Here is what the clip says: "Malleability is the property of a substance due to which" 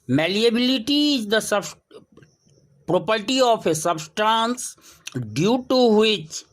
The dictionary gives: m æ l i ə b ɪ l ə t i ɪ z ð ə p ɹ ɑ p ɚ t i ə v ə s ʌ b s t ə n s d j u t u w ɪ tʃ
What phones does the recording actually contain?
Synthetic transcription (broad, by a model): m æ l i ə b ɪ l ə t i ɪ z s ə p ɹ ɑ p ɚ t i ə p ə s ʌ b s t ə n s d j u t u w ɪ tʃ